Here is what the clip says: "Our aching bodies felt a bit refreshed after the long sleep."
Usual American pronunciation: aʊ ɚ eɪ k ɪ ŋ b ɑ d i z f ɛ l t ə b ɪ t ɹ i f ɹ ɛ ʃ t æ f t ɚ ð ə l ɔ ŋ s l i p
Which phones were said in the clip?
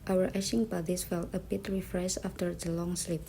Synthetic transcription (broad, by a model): aʊ ɚ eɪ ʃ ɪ ŋ b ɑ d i s f ɛ l t ə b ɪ t ɹ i f ɹ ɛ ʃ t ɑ f t ɚ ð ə l ɔ ŋ s l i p